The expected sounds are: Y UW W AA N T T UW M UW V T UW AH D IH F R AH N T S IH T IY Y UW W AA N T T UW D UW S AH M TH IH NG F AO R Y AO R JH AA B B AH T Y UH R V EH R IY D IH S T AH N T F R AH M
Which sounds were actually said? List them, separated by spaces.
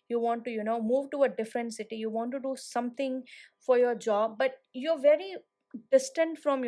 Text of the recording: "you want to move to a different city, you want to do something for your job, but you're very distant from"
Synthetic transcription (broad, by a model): Y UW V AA N T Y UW M UW V T UW AH D IH F R AH N T S IH T IY Y UW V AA N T T UW D UW S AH M T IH NG F AO R Y AO R JH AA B B AH T Y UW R V EH R IY D IH S T AH N T F R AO M